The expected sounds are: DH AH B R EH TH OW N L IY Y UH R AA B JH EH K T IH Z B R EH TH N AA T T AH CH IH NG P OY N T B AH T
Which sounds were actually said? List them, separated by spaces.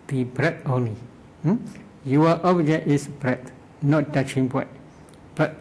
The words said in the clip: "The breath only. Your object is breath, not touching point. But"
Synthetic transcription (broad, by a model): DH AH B R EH T OW N L IY Y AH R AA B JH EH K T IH S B R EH T N AA T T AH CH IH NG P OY T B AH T